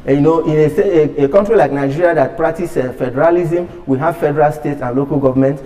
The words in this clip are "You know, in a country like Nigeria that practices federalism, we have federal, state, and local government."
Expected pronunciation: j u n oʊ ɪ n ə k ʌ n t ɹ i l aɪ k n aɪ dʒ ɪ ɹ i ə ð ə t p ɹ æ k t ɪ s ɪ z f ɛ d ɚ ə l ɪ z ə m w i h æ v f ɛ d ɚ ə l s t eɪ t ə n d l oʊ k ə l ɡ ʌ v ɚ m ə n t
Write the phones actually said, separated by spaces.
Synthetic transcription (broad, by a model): j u n oʊ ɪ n ə k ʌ n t ɹ i l aɪ k n aɪ dʒ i ɹ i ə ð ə t p ɹ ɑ k t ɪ s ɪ f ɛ d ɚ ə l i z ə m w i h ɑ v f ɛ d ɚ ə l s t eɪ t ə n l oʊ k ə l ɡ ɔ v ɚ m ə n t